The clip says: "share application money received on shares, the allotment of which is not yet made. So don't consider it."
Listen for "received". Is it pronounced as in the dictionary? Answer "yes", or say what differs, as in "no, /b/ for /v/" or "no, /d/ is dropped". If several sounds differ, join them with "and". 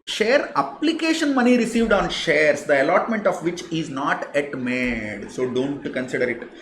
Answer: yes